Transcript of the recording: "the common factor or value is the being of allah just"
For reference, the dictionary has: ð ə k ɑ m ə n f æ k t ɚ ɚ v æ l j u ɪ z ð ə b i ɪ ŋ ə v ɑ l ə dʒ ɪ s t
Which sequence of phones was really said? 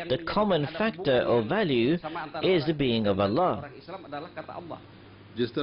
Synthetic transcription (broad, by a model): ð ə k ɑ m ə n f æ k t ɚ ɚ v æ l j u ɪ z ð ə b i ɪ ŋ ə v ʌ l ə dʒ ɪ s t